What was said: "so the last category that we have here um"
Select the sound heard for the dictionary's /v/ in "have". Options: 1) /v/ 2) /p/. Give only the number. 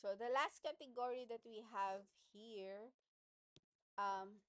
1